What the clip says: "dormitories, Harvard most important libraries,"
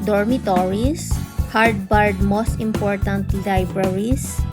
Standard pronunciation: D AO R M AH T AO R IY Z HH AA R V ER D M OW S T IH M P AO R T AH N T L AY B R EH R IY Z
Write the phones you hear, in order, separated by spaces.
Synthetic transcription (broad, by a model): D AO R M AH T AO R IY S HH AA R B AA D M OW S T IH M P AO R T AH N T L AY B R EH R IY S